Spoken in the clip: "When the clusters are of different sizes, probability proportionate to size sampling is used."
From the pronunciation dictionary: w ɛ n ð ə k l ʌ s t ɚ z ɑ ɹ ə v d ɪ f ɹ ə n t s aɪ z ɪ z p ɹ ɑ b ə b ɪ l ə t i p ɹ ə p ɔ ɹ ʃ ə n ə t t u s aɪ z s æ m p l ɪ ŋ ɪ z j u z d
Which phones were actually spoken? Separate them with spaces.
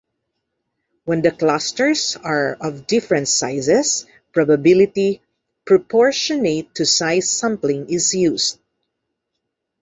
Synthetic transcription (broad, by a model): w ɛ n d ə k l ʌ s t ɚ s ɑ ɹ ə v d ɪ f ɹ ə n t s aɪ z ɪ s p ɹ ɑ b ə b ɪ l ə t i p ɹ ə p ɔ ɹ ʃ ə n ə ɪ t u s aɪ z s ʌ m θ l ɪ ŋ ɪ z j u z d